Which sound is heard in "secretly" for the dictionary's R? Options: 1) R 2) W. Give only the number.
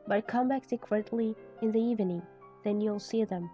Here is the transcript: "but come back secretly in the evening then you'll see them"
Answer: 2